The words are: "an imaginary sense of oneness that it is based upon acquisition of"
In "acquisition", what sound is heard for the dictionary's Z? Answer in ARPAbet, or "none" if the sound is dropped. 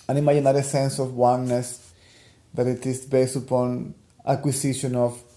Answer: S